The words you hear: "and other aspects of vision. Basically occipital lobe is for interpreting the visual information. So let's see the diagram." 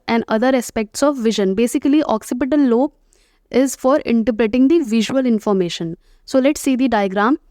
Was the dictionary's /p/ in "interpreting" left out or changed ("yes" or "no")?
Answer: yes